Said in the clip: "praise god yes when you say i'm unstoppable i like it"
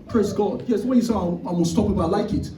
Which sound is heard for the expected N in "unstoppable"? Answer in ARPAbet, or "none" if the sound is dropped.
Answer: L